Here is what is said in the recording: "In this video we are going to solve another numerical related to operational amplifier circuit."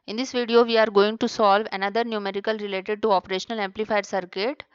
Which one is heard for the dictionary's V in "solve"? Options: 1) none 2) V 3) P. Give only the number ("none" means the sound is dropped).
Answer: 2